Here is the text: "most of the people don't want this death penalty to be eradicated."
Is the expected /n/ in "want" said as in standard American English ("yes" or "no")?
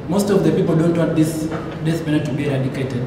no